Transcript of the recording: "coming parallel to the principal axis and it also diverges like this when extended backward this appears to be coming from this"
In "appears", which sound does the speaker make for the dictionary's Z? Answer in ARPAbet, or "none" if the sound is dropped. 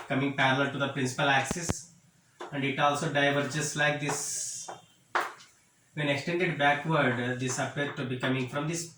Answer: none